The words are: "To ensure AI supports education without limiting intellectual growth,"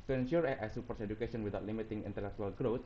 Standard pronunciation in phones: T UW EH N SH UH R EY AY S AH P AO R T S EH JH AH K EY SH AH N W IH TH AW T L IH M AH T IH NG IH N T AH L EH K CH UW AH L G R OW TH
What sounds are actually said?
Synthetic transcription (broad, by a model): T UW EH N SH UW R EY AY S AH P AO R T S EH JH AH K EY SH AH N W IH T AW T L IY M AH T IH NG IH N T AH L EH K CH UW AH L G R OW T